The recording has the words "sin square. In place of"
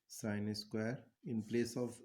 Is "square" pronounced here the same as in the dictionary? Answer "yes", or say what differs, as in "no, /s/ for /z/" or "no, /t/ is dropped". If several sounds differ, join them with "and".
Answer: yes